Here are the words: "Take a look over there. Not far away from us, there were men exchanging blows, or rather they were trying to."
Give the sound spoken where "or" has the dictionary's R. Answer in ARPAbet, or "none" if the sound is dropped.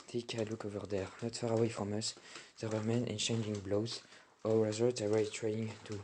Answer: L